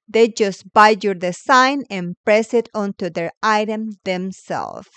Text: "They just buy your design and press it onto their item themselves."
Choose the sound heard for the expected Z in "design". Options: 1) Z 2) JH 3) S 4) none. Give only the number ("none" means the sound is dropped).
3